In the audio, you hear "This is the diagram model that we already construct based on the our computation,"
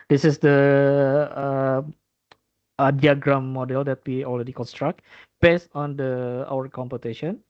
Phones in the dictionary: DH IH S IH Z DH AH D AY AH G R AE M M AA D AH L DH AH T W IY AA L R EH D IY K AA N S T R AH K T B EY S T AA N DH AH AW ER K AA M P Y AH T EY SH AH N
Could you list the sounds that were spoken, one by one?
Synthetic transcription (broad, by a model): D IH S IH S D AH D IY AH G R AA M M AA D AH L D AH T W IY AA L R EH D IY K AA N S T R AH K T B EY S T AA N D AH AW ER K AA M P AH T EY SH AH N